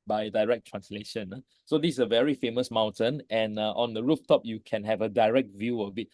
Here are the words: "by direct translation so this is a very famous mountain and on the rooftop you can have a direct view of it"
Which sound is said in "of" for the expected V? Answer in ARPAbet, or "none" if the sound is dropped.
B